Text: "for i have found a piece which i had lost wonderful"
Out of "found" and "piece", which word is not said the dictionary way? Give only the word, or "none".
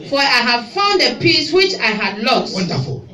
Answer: none